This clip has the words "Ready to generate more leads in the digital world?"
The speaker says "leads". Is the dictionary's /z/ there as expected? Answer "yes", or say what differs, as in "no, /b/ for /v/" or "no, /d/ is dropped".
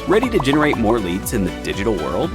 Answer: yes